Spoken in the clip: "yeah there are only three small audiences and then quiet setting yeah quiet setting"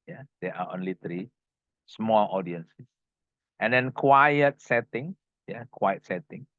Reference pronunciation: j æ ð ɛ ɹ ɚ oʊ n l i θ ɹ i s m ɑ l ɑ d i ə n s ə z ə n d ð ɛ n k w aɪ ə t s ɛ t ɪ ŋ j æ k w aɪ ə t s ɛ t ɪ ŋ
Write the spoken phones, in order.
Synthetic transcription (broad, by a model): j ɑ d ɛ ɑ oʊ n l i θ ɹ i s m ɑ l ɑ d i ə n s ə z ə n d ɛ n k w aɪ ə t s ɛ t ɪ ŋ j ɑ k w aɪ ə t s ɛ t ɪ ŋ